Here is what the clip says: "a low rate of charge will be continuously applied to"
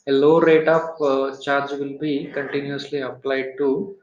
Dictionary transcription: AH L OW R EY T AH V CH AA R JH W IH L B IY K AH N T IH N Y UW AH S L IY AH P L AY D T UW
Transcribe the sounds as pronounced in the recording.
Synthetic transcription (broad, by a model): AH L OW R EY T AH P CH AA R JH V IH L B IY K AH N T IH N Y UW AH S L IY AH P L AY D T UW